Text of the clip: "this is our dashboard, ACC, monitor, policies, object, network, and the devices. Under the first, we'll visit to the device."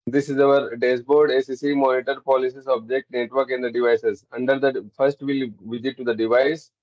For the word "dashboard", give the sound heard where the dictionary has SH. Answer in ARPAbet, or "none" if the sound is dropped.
S